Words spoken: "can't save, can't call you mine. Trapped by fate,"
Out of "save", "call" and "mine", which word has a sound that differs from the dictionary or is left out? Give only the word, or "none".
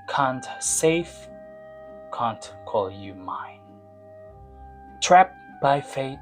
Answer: save